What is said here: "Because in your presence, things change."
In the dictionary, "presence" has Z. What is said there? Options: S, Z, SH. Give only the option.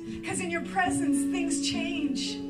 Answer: Z